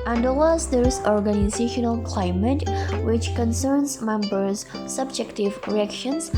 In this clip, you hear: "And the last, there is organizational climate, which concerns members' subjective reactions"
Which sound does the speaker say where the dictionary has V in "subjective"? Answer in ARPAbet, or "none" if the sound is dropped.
V